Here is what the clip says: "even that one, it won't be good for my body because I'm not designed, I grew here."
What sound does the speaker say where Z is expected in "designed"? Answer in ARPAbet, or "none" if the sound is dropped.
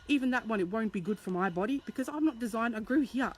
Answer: Z